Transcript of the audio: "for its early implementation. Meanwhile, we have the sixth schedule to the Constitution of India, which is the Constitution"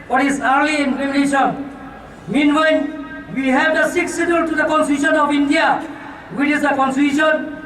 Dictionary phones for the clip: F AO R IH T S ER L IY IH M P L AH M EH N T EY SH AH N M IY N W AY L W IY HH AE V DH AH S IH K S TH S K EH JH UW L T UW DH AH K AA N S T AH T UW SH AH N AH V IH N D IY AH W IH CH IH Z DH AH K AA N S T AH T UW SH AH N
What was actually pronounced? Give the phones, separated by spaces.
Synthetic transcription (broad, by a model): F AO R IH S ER L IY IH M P AH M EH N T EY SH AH N M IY N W AY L W IY HH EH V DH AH S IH K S S EH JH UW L T UW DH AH K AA N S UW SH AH N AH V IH N D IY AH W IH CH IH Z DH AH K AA N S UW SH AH N